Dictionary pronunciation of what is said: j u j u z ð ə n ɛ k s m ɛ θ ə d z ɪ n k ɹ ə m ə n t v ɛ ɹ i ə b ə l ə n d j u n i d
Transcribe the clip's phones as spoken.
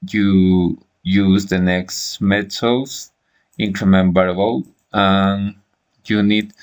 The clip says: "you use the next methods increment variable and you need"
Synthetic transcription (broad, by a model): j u j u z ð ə n ɛ k s m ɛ t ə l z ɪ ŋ k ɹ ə m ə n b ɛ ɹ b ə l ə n j u n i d